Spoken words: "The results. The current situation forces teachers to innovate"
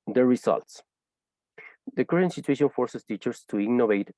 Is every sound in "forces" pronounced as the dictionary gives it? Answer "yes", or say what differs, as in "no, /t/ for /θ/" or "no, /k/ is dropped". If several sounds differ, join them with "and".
no, /s/ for /z/